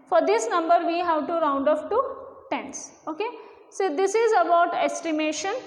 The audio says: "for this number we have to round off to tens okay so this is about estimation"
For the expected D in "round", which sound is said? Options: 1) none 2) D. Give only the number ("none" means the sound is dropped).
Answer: 2